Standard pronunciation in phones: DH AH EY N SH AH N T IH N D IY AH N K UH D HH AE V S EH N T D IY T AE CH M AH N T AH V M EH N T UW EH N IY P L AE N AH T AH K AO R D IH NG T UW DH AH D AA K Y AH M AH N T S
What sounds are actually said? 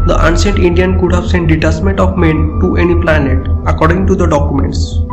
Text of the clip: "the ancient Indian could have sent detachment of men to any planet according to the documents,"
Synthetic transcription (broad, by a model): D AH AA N S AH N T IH N D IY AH N K UH D HH AE V S EH N T D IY T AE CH M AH N T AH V M EH N T UW EH N IY P L AE N AH T AH K AO R D IH NG T UW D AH D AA K Y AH M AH N T S